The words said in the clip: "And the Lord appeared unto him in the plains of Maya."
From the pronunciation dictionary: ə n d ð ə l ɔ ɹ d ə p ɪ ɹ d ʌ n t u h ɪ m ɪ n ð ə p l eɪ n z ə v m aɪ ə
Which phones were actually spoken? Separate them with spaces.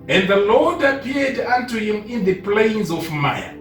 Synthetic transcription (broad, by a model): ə n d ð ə l ɔ d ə p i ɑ d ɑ n t u h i m ɪ n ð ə p l eɪ n z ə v m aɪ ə